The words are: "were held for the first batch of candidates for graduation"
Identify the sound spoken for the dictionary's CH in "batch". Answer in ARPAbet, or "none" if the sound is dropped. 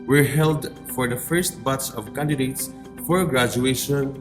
S